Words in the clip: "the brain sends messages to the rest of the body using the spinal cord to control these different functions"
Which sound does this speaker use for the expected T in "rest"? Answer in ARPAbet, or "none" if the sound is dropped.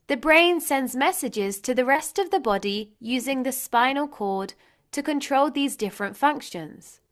T